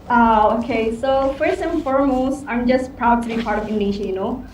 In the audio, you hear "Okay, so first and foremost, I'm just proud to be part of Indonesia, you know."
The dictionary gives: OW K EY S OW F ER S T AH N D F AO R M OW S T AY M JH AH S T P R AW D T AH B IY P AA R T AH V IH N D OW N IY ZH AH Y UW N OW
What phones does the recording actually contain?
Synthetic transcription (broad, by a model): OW K EY S OW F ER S AH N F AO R M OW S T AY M JH AH S T P R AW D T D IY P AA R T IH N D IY SH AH Y UW N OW